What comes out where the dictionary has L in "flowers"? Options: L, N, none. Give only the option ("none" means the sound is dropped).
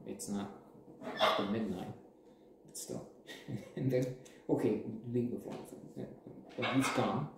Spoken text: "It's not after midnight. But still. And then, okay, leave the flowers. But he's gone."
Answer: none